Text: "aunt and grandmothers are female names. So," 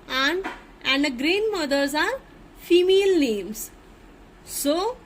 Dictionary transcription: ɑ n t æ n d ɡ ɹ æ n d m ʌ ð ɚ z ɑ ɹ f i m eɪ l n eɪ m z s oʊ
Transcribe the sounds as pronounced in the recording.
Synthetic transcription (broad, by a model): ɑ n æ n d ɡ ɹ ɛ n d m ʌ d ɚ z ɑ ɹ f i m eɪ l n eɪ m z s oʊ